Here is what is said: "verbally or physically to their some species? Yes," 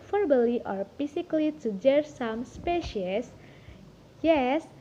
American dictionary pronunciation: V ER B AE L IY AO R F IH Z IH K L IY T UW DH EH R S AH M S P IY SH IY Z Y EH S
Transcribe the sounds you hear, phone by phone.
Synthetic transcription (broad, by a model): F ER B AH L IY AO R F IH S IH K L IY T UW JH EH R S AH M S P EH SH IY S Y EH S